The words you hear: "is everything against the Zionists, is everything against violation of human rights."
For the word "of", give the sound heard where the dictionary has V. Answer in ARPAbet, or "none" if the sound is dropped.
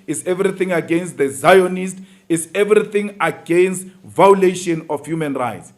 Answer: F